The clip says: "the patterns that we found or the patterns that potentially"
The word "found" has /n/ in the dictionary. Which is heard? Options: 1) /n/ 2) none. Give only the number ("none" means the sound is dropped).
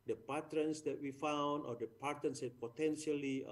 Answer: 1